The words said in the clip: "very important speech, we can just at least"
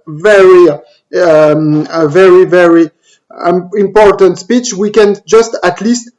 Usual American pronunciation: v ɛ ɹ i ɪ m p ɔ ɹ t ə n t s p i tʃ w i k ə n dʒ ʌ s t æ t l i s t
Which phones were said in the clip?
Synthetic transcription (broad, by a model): v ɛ ɹ i ɪ m p ɔ ɹ t ə n t s p i tʃ w i k ə n dʒ ʌ s t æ t l i s t